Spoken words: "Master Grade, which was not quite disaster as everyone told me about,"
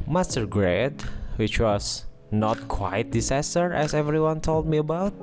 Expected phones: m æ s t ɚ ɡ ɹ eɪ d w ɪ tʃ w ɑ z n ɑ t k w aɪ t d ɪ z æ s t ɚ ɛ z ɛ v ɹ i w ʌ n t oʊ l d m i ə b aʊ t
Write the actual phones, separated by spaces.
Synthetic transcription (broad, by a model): m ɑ s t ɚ ɡ ɹ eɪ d w ɪ tʃ w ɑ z n ɑ t k w aɪ t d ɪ s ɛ s t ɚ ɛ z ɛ v ɹ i w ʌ n t oʊ l d m i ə b aʊ t